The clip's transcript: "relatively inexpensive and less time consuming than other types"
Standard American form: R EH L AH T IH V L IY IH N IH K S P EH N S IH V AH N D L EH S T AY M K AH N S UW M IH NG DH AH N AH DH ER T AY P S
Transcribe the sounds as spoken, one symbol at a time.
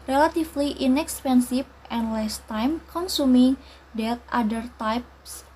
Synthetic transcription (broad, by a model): R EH L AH T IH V L IY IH N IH K S P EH N S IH F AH N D L EH S T AY M K AH N S UW M IH NG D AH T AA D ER T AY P S